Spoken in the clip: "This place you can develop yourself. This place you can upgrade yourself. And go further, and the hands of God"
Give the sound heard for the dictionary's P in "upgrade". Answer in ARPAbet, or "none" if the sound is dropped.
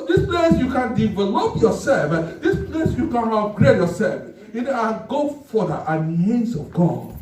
none